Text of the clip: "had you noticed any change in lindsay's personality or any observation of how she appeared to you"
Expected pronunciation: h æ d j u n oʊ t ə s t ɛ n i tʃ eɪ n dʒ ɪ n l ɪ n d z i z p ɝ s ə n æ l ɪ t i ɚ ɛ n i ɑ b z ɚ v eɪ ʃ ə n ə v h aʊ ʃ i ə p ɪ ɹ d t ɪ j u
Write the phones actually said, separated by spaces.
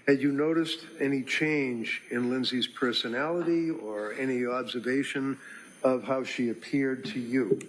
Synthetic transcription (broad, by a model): h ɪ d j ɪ n oʊ t ə s t ɛ n i tʃ eɪ n dʒ ɪ n l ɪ n z i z p ɝ s ə n æ l ɪ t i ɚ ɛ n i ɑ b z ɚ v eɪ ʃ ə n ə v h aʊ ʃ i ə p ɪ ɹ d t ɪ j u